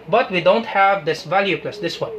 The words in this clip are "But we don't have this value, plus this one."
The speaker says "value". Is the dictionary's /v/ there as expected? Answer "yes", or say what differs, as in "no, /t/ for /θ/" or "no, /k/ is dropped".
yes